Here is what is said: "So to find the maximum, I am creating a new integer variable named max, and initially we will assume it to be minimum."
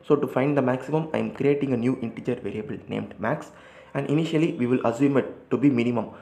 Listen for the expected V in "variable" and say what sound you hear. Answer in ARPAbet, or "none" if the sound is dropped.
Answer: V